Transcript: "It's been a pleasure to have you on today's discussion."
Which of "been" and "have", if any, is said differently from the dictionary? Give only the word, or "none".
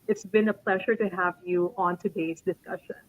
none